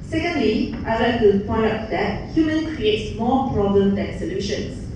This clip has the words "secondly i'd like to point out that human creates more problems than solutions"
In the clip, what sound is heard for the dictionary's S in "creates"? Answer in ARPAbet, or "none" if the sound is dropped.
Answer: S